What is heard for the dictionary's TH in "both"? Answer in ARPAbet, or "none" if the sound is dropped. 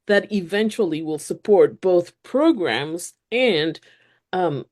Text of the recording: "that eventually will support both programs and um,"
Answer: TH